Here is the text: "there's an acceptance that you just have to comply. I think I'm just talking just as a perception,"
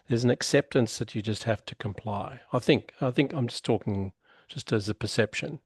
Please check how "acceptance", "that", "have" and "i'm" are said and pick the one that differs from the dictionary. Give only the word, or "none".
have